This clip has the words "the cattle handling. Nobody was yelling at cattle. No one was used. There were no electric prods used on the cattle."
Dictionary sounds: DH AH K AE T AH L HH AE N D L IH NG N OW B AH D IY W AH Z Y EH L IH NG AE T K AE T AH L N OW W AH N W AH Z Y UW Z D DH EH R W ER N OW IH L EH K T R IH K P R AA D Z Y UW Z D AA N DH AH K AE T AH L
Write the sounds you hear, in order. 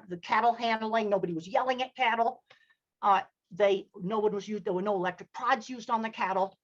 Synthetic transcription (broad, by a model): DH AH K AE T L HH AE N D L IH NG N OW B AH D IY W AH Z Y EH L IH NG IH T K AE T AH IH N OW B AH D W AH Z Y UW Z D DH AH R W ER N OW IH L EH K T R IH K P R AA D Z Y UW Z D N DH AH K AE T L